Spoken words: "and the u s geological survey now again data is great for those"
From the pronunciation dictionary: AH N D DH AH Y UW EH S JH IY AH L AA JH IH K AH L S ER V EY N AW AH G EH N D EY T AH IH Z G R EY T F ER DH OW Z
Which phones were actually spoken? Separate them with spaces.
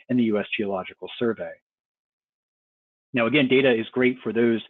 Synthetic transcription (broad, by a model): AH N DH AH Y UW EH S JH IY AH L AA JH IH K L S ER V EY N AW AH G EH N D EY T AH IH Z G R EY T F ER DH OW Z